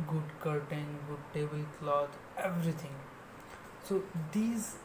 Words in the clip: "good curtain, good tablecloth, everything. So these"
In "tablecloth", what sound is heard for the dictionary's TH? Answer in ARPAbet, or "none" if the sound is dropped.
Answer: T